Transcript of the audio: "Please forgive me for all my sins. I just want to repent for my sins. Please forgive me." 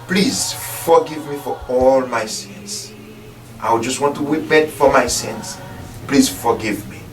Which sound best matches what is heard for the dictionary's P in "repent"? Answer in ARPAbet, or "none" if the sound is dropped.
B